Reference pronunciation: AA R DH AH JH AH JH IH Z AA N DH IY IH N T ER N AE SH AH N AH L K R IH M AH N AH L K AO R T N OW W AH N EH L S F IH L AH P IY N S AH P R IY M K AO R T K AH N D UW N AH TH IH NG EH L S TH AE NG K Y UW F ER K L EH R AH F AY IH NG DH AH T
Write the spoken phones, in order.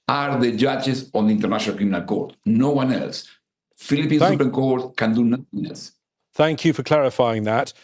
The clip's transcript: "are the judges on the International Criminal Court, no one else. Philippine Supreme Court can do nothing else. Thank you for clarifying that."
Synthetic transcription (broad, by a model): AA R DH AH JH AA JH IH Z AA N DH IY N T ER N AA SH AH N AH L K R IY M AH N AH L K AO R T N OW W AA N EH L S F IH L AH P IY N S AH P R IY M K AO R T K AH N D UW N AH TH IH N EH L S TH AE NG K Y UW F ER K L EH R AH F AY IH NG DH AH T